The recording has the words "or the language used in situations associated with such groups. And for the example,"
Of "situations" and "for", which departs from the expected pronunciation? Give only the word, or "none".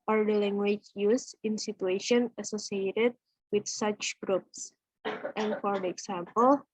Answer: situations